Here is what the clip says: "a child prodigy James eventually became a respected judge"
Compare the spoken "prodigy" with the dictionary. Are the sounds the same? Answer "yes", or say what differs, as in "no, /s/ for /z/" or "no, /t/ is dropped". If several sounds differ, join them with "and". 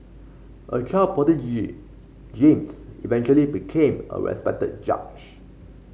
no, /ɹ/ is dropped